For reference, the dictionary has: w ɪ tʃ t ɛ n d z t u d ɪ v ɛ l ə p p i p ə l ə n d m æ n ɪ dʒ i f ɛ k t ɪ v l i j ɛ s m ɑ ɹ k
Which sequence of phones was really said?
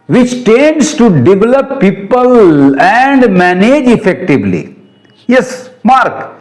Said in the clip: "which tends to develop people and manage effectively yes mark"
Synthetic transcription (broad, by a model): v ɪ tʃ t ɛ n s t u d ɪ v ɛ l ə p p i p ə l ə n d m æ n ɪ dʒ i f ɛ k t ɪ v l i j ɛ s m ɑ ɹ k